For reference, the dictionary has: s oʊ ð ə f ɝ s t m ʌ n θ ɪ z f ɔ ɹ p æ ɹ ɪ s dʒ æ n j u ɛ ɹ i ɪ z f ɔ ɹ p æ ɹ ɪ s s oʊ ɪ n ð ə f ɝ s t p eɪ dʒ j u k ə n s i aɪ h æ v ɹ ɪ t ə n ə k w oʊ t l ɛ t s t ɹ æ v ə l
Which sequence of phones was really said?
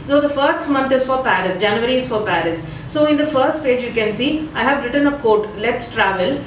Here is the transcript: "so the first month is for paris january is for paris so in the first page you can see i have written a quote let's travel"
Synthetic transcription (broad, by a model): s oʊ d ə f ɝ s t m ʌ n t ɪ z f ɔ ɹ p æ ɹ ɪ s dʒ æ n j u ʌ ɹ i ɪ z f ɔ ɹ p æ ɹ ɪ s s oʊ ɪ n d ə f ɝ s t p eɪ dʒ j u k ə n s i aɪ h æ v ɹ ɪ t ə n ə k oʊ t l ɛ t s t ɹ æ v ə l